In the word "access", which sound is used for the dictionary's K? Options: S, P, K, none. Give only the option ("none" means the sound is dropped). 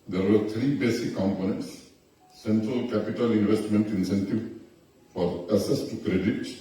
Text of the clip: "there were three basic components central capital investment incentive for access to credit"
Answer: none